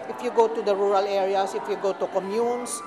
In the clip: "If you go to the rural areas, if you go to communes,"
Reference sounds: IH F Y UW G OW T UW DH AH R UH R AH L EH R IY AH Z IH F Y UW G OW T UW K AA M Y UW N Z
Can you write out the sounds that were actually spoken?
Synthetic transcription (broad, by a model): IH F Y UW G OW T UW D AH R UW R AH L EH R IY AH S IH F Y UW G OW T UW K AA M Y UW N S